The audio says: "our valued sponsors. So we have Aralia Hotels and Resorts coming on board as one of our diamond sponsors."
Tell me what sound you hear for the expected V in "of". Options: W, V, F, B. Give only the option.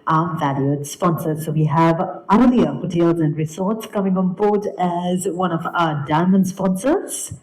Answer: V